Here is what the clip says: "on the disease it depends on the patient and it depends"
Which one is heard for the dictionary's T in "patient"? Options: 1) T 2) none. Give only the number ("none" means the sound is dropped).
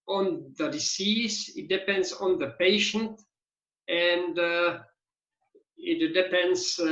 1